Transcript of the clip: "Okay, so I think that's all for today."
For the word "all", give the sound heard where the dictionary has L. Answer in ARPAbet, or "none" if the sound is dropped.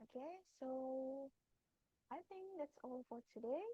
L